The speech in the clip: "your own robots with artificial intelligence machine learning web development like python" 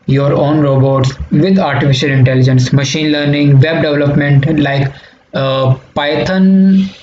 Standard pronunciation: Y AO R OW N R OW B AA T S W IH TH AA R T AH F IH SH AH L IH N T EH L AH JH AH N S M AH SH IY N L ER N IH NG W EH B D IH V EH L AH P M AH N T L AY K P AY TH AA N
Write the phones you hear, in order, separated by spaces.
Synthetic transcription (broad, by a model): Y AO R OW N R OW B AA T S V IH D AA R T AH F IH SH AH L IH N T EH L AH JH AH N S M AH SH IY N L ER N IH NG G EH B D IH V L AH P M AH N T L AY K P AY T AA N